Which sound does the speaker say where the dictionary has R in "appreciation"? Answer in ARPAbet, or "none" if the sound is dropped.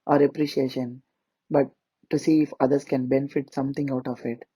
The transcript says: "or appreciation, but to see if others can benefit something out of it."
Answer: R